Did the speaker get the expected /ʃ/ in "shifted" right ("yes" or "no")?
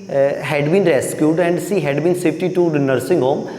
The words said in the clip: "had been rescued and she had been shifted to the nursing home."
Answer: no